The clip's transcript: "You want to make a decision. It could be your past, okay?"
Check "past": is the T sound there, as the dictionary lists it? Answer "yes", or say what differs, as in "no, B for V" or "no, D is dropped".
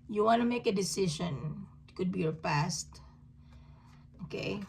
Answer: yes